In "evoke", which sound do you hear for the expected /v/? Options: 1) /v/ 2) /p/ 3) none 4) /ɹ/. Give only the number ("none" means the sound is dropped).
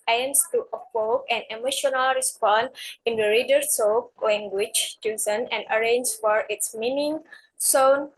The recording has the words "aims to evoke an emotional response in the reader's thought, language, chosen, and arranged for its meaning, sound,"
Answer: 2